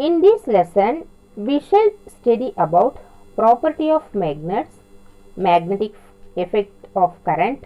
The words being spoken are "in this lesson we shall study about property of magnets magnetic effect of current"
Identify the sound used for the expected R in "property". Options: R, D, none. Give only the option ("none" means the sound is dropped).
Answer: R